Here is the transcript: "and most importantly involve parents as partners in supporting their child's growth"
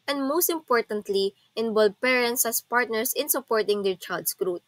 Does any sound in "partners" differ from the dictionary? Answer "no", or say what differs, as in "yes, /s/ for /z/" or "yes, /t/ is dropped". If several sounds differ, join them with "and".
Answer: yes, /s/ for /z/